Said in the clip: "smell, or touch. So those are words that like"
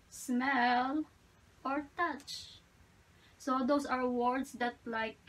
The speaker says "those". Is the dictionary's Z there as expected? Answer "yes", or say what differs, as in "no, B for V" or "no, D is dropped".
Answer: no, S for Z